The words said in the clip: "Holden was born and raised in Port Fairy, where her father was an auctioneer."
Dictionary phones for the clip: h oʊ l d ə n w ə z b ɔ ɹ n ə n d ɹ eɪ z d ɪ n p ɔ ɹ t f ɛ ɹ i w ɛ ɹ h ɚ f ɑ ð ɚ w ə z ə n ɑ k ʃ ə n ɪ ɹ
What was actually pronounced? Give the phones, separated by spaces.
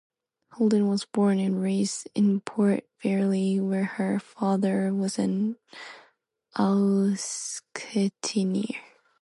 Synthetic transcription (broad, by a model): h oʊ l d ə n w ə z b ɔ ɹ n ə n ɹ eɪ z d ɪ n p ɔ ɹ t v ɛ ɹ i w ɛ ɹ h ɚ f ɑ ð ɚ w ə z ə n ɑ k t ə n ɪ ɹ